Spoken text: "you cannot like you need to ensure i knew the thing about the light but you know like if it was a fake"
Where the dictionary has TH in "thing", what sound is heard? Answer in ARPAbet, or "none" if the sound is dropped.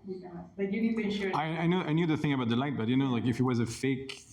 TH